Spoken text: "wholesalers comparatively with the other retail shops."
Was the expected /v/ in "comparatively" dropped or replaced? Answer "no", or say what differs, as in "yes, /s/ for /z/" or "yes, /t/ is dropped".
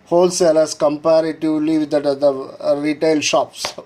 yes, /v/ is dropped